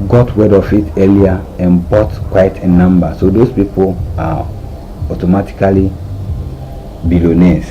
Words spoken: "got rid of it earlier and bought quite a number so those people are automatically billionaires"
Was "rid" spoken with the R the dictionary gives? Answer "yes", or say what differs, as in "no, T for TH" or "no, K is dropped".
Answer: no, W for R